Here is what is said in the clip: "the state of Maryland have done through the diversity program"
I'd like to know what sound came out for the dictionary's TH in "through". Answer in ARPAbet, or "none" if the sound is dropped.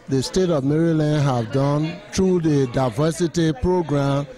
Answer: T